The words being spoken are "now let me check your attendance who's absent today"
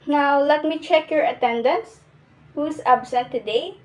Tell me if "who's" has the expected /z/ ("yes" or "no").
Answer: no